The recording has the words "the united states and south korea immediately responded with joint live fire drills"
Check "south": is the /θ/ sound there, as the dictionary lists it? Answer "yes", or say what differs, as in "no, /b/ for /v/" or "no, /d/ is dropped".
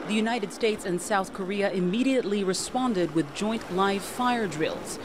yes